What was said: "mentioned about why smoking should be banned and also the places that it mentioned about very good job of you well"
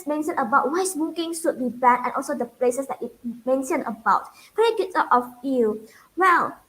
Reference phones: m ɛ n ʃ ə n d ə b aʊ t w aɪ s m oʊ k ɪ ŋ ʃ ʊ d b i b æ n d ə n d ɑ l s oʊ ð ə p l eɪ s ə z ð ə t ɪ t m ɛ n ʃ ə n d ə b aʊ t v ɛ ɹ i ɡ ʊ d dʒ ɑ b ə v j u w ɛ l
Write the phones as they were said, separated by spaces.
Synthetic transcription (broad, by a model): m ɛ n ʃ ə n ə b aʊ t w aɪ s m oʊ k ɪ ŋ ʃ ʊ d b i b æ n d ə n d ɑ l s oʊ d ə p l eɪ s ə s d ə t ɪ t m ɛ n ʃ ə n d ə b aʊ t p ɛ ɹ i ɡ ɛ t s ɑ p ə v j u w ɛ l